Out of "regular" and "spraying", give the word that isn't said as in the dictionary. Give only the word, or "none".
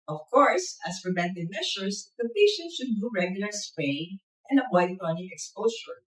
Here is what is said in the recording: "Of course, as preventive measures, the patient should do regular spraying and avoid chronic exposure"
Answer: spraying